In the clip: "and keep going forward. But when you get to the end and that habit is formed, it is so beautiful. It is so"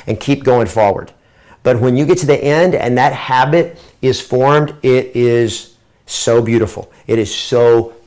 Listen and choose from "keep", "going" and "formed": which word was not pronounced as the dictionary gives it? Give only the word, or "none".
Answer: none